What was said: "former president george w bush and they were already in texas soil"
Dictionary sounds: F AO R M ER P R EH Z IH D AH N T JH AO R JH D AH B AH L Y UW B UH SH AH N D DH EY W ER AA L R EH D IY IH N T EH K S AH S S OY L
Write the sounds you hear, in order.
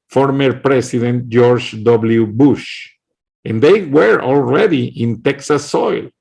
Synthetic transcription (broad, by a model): F AO R M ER P R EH S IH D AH N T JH AO R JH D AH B L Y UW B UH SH AH N D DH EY W ER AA L R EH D IY IH N T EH K S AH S S OY L